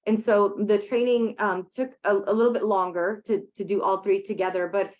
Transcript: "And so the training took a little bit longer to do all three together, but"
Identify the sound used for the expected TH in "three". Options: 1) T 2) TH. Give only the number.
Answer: 2